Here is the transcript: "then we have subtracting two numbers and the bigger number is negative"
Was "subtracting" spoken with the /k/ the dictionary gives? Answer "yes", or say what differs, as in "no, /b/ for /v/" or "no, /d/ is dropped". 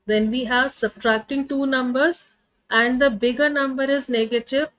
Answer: yes